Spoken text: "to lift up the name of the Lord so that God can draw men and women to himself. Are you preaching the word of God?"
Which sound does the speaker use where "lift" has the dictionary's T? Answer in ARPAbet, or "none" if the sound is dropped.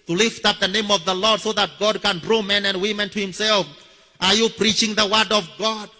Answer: T